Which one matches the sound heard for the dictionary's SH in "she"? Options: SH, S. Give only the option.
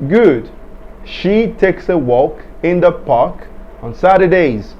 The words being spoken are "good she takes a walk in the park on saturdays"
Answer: SH